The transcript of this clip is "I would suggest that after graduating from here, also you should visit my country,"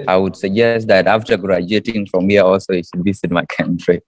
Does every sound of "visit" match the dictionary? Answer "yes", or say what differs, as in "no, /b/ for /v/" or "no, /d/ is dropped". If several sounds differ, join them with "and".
no, /b/ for /v/ and /s/ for /z/